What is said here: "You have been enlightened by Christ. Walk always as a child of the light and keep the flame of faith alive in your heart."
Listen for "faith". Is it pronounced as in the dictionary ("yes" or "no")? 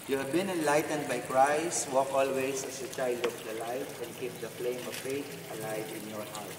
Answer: no